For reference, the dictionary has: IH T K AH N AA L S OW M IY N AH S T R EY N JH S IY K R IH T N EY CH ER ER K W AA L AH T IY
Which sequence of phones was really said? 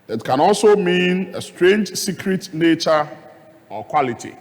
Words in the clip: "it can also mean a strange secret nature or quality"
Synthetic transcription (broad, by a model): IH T K AH N AA L S OW M IY N AH S T R EY N JH S IY K R IH T N EY CH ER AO K W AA L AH T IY